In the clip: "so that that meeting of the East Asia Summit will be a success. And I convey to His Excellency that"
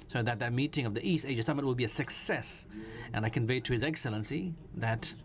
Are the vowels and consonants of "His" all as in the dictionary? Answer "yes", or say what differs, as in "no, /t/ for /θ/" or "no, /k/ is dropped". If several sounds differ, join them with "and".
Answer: yes